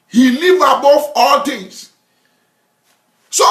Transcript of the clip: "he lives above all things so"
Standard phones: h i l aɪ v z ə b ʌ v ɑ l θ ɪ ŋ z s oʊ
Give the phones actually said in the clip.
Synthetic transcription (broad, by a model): h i l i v ə b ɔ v ɑ l t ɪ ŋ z s oʊ